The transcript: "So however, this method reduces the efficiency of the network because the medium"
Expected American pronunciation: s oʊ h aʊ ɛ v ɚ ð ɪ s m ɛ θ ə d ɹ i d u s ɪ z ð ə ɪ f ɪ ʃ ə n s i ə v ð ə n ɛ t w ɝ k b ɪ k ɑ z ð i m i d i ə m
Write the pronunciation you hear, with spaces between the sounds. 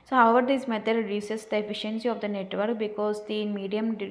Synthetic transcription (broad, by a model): s oʊ h aʊ ɛ v ɚ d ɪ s m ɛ t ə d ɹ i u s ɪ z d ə ɪ f ɪ ʃ ə n s i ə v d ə n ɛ t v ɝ k b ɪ k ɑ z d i m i d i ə m